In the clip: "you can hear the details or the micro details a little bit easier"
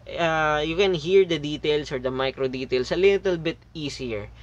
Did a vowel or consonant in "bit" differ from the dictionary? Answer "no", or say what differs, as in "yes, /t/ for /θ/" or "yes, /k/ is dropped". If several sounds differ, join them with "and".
no